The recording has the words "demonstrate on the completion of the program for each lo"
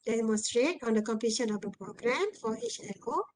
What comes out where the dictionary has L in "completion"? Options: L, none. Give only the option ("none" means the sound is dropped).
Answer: none